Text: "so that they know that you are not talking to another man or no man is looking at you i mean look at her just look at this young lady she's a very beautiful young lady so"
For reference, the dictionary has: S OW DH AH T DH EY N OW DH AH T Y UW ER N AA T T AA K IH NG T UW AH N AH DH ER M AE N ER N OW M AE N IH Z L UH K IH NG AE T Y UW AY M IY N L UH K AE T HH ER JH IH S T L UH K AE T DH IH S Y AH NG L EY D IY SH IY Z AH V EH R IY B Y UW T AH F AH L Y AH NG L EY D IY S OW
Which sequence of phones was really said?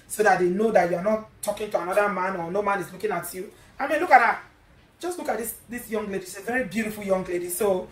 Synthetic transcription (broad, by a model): S OW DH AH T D EY N OW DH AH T Y UW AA N AA T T AA K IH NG T UW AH N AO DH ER M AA N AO N OW M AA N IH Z L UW K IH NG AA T Y UW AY M IY N L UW K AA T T JH IH S T L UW K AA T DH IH S Y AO NG L EY D IY S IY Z V EH R IY B Y UW T AH F AH L Y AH NG L EY D IY S OW